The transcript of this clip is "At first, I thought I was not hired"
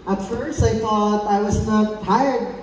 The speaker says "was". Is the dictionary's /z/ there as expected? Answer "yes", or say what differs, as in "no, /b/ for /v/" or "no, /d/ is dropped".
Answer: yes